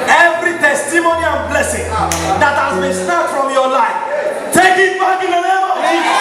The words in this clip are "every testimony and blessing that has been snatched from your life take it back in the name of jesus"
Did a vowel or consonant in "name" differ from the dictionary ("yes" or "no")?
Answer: yes